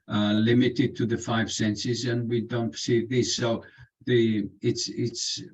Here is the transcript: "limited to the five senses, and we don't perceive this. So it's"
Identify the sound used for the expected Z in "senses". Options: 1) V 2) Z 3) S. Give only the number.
2